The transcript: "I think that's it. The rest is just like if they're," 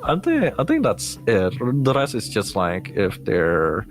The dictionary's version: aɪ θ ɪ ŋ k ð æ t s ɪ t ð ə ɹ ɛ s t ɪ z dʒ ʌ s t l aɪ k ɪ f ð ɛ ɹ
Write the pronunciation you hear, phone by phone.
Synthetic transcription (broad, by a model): aɪ θ ɪ ŋ k ð æ t s ɪ t ð ə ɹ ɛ s ɪ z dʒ ʌ s t l aɪ k ɪ f ð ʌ ɹ